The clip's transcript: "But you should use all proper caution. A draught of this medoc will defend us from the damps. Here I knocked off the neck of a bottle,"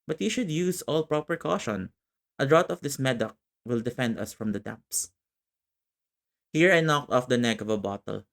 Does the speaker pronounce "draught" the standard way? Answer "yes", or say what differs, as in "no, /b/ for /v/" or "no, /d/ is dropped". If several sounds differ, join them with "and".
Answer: no, /f/ is dropped